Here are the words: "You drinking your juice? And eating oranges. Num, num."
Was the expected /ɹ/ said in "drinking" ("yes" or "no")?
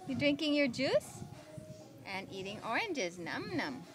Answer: yes